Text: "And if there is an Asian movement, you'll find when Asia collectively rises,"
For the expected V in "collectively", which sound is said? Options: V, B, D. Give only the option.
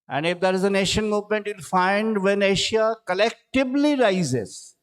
B